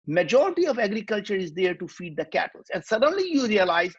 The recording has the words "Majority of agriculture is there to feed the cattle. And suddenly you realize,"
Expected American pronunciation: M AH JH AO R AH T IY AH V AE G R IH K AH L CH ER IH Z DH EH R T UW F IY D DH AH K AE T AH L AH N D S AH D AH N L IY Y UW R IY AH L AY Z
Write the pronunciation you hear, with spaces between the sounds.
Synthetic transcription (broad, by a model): M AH JH AO R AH T IY AH V AE G R IH K AH L CH ER IH Z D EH R T UW F IY D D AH K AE T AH L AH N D S AH D AH N L IY Y UW R IY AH L AY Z